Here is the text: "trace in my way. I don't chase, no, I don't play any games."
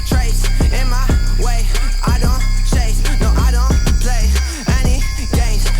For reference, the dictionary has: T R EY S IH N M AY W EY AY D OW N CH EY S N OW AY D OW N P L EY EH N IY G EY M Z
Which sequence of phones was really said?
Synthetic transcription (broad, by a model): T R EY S IH N M AY W EY AY D OW N S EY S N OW AY D OW N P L EY EH N IY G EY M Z